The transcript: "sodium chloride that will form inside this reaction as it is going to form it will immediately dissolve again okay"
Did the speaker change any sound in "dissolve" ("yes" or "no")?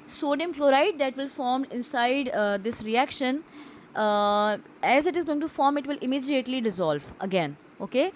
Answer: no